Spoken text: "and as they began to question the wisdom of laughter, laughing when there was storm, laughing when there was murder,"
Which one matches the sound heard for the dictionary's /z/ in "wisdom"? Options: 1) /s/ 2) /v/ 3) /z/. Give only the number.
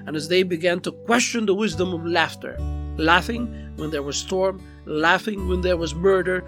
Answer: 3